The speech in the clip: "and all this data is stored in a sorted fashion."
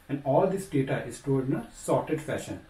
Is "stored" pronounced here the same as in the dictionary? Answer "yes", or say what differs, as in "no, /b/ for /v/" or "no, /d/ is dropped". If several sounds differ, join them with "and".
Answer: no, /l/ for /ɹ/